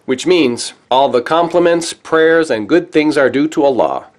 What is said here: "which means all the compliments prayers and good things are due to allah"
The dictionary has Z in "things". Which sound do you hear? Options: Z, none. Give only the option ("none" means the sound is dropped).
Z